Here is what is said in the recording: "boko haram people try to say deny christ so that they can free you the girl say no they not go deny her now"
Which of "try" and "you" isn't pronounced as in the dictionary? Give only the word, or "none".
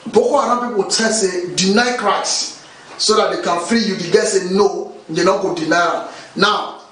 try